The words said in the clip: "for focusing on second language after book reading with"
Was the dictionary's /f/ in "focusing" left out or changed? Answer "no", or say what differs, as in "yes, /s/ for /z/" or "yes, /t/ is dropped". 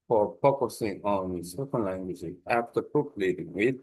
yes, /p/ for /f/